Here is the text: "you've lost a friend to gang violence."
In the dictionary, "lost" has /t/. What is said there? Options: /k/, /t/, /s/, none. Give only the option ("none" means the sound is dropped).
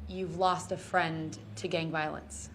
/t/